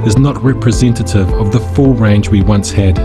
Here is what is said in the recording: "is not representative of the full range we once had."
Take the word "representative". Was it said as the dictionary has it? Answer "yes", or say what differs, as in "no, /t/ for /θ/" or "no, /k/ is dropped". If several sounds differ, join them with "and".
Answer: yes